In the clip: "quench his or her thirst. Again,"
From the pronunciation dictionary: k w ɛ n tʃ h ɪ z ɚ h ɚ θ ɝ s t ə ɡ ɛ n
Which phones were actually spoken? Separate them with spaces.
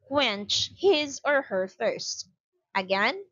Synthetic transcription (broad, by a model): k w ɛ n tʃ h ɪ z ɚ h ɚ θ ɝ s t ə ɡ ɛ n